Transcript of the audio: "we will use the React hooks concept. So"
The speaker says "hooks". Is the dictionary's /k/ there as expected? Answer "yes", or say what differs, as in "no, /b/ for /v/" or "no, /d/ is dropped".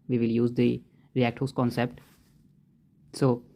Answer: no, /k/ is dropped